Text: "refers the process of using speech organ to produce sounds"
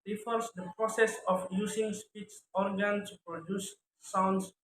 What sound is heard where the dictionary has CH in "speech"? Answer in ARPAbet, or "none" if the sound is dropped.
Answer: S